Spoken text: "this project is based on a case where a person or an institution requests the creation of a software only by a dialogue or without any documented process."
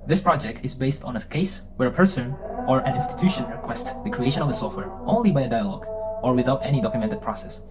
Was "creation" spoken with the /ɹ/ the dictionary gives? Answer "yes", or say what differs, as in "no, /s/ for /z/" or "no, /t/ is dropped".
yes